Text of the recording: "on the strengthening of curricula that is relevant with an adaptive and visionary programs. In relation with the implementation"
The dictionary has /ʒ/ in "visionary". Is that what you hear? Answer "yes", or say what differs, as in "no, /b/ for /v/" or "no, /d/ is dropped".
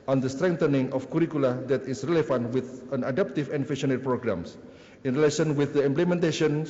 no, /ʃ/ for /ʒ/